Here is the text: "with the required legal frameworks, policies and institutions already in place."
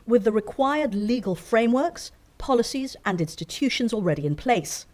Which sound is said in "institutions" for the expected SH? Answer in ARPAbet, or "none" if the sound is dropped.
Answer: SH